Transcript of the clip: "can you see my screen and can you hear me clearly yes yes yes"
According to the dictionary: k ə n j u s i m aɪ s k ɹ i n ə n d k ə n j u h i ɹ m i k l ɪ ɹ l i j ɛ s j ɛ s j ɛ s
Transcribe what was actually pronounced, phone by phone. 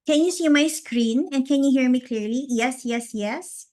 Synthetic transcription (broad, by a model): k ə n j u s i m aɪ s k ɹ i n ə n k ə n j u h i ɹ m i k l ɪ ɹ l i j ɛ s j ɛ s j ɛ s